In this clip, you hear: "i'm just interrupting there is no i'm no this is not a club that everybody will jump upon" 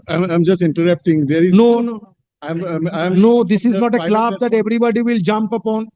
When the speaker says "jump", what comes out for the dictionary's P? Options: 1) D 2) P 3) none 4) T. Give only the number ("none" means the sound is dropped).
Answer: 2